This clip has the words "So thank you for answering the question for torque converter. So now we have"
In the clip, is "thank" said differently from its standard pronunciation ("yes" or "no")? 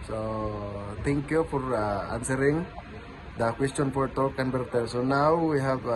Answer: yes